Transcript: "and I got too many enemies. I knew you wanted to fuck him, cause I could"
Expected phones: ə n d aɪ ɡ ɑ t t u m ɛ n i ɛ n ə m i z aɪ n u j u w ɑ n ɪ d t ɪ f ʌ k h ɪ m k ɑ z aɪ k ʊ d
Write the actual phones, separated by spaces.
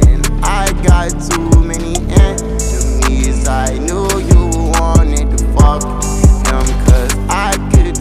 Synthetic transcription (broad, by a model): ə n aɪ ɡ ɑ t t u m ɛ n i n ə i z aɪ n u j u w ɑ n ɪ d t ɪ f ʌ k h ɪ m k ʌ z aɪ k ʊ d